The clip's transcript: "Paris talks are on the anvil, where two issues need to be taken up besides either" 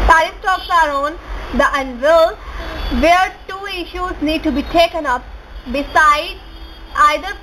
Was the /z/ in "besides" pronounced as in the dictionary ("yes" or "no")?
no